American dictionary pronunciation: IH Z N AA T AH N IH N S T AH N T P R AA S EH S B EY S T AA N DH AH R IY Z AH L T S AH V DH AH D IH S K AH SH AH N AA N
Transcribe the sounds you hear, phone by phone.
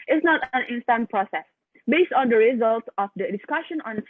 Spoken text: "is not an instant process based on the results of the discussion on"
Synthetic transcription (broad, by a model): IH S N AA T AH N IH N S T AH N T P R AA S EH S B EY S T AA N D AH R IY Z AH L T AH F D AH D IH S K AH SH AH N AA N